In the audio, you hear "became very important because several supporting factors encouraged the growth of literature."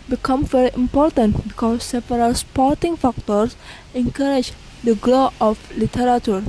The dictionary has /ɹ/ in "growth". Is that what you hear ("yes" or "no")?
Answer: no